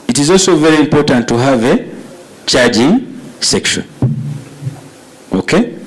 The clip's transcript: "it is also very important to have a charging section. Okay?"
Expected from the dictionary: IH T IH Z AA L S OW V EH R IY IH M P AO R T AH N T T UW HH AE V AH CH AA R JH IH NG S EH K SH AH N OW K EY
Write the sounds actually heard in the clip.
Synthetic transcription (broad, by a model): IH T IH Z AA L S OW V EH R IY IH M P AO R T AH N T T UW HH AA V AH CH AA R JH IH NG S EH K SH AH N OW K EY